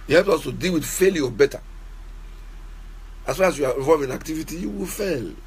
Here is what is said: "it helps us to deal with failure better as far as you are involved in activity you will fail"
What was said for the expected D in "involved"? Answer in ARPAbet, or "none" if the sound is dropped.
none